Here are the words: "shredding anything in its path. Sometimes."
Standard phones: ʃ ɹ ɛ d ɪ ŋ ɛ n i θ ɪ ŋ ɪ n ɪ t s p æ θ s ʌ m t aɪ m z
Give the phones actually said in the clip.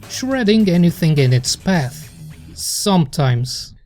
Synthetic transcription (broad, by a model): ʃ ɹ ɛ d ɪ ŋ ɛ n i θ ɪ ŋ ɪ n ɪ t s p æ θ s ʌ m t aɪ m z